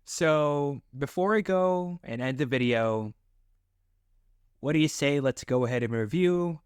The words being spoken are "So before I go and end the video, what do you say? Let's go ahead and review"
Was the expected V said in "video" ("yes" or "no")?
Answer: yes